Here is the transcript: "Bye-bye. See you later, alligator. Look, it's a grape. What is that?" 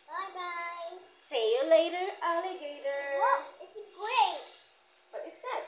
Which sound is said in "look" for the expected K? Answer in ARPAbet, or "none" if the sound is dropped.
none